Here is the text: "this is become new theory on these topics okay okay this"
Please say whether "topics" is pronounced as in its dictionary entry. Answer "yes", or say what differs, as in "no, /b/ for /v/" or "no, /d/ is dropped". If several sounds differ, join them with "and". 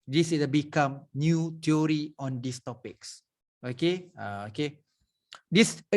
yes